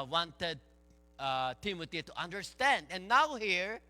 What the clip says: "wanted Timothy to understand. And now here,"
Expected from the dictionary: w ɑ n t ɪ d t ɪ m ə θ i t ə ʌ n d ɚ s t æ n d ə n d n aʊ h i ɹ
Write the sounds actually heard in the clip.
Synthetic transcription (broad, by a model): w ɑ n t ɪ d t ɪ m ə t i t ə ʌ n d ɚ s t æ n d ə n n aʊ h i ɹ